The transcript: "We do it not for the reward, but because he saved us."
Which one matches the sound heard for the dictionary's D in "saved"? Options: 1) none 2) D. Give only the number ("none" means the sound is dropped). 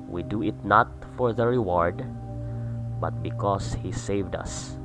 2